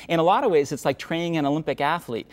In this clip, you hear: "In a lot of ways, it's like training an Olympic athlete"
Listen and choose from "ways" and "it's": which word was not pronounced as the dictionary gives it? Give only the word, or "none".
none